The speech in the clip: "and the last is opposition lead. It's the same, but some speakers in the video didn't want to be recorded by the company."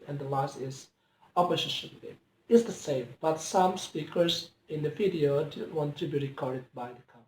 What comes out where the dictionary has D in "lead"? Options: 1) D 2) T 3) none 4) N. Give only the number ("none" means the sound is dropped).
3